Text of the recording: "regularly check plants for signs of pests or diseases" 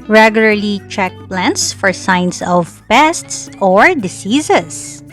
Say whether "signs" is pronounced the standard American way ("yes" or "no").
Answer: no